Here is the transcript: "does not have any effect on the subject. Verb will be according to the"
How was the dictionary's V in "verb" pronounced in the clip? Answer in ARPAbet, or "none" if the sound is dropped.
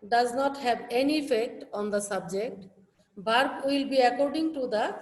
B